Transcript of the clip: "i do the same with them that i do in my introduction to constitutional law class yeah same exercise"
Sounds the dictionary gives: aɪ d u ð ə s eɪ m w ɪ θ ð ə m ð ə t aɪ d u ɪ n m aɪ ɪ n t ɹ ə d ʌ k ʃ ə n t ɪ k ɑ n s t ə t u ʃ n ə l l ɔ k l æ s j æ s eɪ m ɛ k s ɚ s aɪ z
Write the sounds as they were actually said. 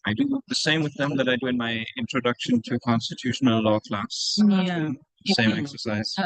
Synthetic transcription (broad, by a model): aɪ d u ð ə s eɪ m w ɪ ð ə m ð ə t aɪ d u ɪ n m aɪ ɪ n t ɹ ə d ʌ k ʃ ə n t ɪ k ɑ n s t ə t u ʃ n ə l l ɔ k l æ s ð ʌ s eɪ m ɛ k s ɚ s aɪ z